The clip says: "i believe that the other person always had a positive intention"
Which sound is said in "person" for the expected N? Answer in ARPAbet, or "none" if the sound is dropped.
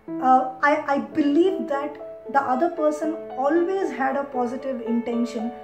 N